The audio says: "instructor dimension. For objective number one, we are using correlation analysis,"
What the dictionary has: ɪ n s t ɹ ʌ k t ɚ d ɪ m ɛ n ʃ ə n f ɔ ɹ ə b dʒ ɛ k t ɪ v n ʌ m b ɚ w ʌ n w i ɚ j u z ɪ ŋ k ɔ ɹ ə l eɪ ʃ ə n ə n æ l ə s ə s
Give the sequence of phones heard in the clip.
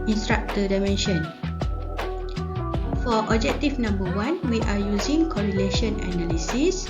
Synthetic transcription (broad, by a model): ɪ n s t ɹ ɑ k t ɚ d ɪ m ɛ n ʃ ə n f ɔ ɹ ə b dʒ ɛ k t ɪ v n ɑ m b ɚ w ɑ n w i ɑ j u z ɪ ŋ k ɔ ɹ ə l eɪ ʃ ə n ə n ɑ l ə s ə s